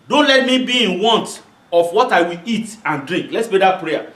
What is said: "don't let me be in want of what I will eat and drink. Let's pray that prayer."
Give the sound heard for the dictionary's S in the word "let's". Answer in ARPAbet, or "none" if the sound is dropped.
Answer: S